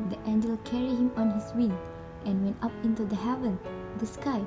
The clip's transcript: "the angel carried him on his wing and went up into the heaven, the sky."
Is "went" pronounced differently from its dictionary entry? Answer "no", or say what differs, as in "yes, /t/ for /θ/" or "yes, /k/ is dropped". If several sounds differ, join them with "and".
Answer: no